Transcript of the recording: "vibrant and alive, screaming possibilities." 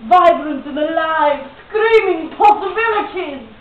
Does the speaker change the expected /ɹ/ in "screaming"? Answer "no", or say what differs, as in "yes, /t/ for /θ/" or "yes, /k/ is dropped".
no